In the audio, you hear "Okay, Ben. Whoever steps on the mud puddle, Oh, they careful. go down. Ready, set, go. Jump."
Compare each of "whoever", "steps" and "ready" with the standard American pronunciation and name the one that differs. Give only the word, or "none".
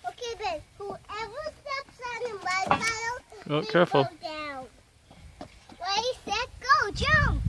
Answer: ready